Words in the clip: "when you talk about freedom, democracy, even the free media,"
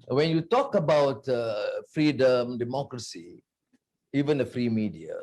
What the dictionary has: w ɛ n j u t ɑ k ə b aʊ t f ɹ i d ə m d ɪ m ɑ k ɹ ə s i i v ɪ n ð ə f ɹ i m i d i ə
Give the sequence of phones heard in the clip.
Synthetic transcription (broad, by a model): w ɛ n j u t ɑ k ə b aʊ t f ɹ i d ə m d ɪ m ɑ k ɹ ə s i i v ɪ n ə f ɹ i m i d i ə